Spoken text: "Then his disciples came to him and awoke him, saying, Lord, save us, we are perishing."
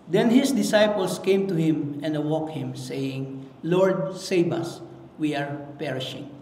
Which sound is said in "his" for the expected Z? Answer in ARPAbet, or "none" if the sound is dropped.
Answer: S